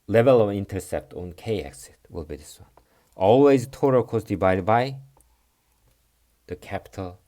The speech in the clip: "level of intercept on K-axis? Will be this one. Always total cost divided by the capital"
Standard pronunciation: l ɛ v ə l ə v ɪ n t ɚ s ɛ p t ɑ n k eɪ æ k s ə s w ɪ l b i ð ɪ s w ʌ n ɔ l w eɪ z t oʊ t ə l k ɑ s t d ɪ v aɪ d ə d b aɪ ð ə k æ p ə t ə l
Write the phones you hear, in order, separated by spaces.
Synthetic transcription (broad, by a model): l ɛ v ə l ə v ɪ n t ɚ s ɛ p t ɑ n k eɪ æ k s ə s w ɪ l b i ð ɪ s w ʌ n ɔ l w eɪ z t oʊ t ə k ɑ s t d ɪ b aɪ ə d b aɪ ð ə k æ p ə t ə l